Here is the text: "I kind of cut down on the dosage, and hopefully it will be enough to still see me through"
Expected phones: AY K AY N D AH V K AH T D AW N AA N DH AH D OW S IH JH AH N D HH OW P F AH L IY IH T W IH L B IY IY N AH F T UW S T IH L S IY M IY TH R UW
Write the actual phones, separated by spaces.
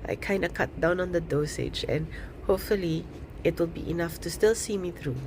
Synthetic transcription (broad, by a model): AY K AY N D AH K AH T D AW N AA N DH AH D OW S IH JH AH N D HH OW P F AH L IY IH T W IH L B IY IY N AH F T UW S T IH L S IY M IY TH R UW